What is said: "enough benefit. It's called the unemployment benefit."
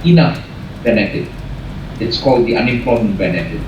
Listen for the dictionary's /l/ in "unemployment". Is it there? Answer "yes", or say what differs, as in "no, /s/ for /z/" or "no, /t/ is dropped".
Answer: no, /l/ is dropped